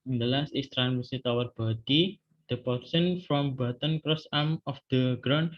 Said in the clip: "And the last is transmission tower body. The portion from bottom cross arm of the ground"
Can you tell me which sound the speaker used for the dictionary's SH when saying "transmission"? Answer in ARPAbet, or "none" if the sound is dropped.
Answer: S